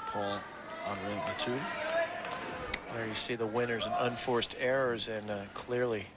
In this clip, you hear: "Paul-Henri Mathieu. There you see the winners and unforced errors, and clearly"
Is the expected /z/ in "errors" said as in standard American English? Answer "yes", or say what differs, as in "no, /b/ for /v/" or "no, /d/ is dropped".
yes